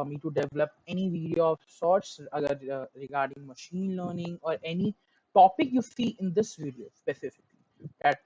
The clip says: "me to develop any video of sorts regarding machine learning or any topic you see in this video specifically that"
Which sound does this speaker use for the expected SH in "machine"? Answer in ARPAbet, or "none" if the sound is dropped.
SH